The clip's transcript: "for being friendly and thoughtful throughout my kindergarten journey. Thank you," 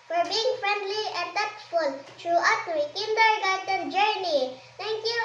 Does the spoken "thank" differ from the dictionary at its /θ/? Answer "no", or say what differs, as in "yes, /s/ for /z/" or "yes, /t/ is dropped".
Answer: yes, /t/ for /θ/